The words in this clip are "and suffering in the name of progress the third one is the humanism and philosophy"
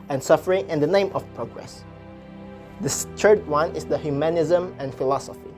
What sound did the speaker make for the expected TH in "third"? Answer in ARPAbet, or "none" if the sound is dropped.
S